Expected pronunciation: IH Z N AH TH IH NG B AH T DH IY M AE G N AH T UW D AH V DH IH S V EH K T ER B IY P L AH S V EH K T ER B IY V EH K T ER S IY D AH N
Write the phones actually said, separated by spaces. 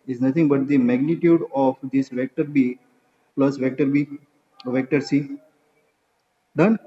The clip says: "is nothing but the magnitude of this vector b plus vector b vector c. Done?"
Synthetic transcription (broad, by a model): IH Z N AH T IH NG B AH T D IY M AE G N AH T UW D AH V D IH S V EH K T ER B IY P L AH S V EH K T ER B IY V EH K T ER S IY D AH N